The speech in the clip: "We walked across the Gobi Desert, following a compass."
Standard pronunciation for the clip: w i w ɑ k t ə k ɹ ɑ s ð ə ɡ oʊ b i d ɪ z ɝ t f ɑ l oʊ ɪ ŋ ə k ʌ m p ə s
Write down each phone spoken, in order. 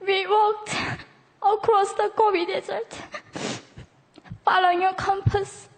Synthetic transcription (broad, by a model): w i w ɑ k t ə k ɹ ɑ s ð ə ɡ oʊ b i d ɪ z ɝ t f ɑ l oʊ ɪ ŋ ə k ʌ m p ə s